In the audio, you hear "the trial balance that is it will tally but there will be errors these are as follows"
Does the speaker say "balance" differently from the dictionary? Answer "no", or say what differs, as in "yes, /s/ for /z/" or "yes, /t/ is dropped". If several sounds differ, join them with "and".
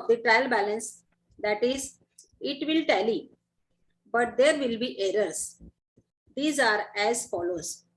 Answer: no